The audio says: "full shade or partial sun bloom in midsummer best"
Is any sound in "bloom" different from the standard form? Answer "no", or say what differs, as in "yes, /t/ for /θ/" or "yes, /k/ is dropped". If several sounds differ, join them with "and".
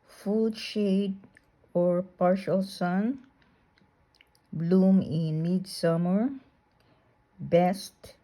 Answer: no